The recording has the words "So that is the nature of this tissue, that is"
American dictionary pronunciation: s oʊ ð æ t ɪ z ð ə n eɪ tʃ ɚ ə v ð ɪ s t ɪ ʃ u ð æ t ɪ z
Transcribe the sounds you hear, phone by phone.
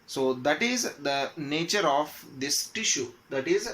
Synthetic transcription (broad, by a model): s oʊ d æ t ɪ z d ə n eɪ tʃ ɚ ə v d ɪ s t ɪ ʃ u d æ t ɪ z